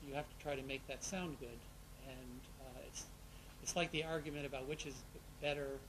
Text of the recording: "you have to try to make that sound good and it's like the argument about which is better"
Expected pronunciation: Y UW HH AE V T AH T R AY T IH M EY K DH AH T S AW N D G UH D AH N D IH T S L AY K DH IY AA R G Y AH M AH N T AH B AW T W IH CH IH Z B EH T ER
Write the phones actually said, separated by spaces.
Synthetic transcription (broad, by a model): Y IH HH AE F T AH T R AY T IH M EY K DH AH T S AW N G UH D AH N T IH T S L AY K DH IY AA R G Y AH M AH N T AH B AW T W IH CH IH Z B EH T ER